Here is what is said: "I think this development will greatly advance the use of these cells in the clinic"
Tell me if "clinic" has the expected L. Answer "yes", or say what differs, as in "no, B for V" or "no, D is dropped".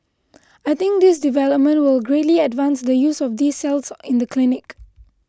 yes